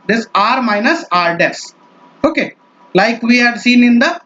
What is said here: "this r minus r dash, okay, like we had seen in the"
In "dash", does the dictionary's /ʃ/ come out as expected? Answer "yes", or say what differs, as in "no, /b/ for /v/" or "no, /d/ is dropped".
no, /s/ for /ʃ/